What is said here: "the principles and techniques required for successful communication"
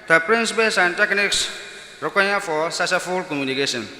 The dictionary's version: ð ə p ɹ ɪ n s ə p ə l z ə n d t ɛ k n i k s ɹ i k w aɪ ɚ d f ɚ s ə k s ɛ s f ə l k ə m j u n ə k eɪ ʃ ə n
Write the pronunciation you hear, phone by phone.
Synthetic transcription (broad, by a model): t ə p ɹ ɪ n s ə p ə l s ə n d t ɛ k n i k s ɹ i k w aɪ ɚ f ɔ s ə s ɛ f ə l k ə m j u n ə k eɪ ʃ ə n